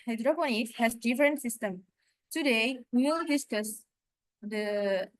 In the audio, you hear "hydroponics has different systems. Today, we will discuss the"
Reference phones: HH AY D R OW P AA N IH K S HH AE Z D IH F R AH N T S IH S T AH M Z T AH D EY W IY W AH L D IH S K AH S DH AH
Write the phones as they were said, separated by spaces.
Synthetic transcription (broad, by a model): HH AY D R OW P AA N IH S HH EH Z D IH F R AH N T S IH S T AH M T AH D EY W IY W AH L D IH S K AH S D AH